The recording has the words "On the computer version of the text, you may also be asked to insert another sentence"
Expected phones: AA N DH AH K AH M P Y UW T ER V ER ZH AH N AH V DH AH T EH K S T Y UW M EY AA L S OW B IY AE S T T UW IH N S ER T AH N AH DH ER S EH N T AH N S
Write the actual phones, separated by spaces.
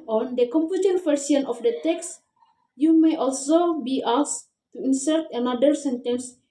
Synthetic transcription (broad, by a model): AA N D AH K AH M P Y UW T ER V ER S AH N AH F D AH T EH K S Y UW M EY AA L S OW B IY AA S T T UW IH N S ER T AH N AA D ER S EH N T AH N S